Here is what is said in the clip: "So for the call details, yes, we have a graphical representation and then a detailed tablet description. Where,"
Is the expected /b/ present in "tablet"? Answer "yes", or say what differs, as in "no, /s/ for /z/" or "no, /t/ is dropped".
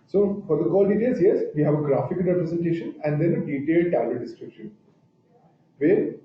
no, /b/ is dropped